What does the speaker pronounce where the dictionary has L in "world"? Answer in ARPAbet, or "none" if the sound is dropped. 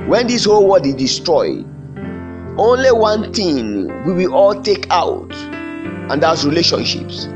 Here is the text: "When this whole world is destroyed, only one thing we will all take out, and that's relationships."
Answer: none